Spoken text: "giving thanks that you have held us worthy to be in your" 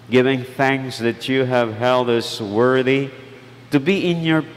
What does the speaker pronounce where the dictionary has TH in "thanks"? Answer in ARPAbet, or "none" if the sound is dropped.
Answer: TH